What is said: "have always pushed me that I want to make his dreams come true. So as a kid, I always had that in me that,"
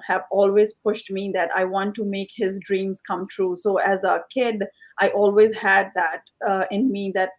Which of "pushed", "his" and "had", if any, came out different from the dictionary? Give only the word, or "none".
none